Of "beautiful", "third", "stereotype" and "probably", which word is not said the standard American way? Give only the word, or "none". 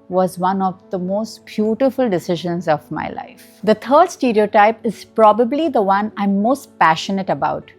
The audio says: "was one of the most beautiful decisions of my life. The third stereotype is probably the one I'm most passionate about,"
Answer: third